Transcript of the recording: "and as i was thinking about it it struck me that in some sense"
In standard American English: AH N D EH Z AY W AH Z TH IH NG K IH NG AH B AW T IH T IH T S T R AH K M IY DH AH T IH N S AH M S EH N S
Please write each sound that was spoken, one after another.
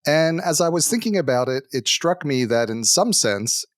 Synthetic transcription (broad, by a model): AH N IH Z AY W AH Z TH IH NG K IH NG AH B AW T IH T IH T S T R AH K M IY DH AH T IH N S AH M S EH N S